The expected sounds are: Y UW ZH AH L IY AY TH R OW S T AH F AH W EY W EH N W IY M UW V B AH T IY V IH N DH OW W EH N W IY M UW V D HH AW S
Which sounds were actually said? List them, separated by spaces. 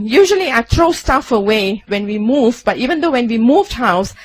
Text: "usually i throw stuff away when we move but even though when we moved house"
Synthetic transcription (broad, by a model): Y UW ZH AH L IY AY T R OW S T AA F AH W EY W EH N W IY M UW V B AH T IY V IH N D OW W EH N W IY M UW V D HH AW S